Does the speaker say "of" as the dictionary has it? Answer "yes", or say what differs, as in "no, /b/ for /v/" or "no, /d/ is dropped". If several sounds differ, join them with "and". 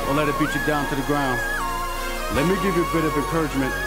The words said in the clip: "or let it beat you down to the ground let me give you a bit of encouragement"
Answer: yes